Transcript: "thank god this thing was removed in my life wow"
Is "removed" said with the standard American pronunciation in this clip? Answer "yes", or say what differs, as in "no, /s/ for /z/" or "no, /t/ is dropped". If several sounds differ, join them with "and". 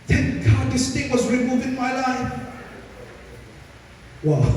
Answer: no, /d/ is dropped